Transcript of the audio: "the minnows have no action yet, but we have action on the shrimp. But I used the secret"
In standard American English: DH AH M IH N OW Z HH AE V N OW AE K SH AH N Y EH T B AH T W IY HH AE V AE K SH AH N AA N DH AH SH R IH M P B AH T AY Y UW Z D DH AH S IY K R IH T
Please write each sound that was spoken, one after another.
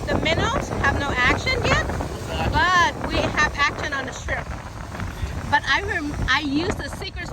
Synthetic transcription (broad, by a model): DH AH M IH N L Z HH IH V N OW AE K SH AH N Y EH T B AH T W IY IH V AE K SH AH N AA N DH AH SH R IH P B AH T AY Y UW Z DH AH S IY K R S